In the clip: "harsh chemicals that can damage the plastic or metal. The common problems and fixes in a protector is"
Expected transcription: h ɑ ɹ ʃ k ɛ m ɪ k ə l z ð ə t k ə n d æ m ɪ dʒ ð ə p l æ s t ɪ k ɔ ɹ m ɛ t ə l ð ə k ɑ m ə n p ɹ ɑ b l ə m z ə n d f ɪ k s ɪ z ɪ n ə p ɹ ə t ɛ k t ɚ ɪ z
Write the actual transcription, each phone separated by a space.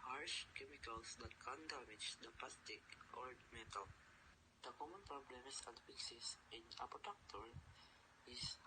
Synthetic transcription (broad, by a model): h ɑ ɹ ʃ k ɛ m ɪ k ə l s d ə t k ə n d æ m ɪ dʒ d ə p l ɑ s t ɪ k ɔ ɹ m ɛ t ə l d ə k ɑ m ə n p ɹ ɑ b l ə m s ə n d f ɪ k s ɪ s ɪ n ə p ə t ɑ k t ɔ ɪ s